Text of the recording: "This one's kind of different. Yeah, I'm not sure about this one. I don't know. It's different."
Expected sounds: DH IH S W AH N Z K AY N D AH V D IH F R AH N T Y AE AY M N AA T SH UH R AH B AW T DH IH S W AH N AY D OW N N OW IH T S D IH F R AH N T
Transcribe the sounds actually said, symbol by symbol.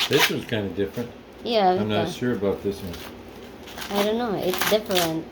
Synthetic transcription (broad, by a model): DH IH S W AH Z K AY N D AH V D IH F R AH N T Y AE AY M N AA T SH UH R AH B AW T DH IH S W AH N AY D OW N N OW IH T S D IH F R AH N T